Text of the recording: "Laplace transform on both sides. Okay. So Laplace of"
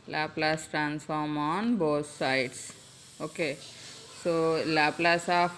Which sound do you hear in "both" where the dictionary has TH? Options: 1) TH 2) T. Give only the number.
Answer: 2